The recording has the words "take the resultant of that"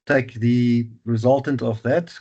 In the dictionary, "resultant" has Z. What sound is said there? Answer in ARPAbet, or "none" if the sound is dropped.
Z